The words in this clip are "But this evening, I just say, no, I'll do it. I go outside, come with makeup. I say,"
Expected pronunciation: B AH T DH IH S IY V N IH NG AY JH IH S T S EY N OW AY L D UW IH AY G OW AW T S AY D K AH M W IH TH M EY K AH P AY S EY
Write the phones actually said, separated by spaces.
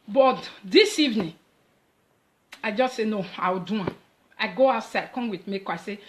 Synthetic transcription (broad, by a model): B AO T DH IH S IY V N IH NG AY JH IH S T S EY N OW AY W D UW IH AY G OW AW T S AY D K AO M W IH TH M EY K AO AY S EY